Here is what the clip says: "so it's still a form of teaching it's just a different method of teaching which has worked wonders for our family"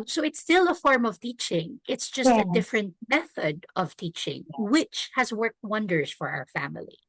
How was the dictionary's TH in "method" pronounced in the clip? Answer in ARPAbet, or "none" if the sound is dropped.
TH